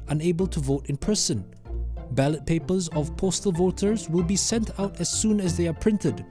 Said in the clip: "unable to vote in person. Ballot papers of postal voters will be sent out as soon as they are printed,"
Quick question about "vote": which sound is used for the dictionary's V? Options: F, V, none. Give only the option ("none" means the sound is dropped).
V